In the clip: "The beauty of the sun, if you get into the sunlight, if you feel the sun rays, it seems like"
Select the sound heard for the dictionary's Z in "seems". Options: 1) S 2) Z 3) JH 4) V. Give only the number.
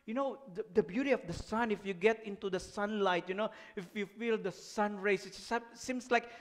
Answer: 1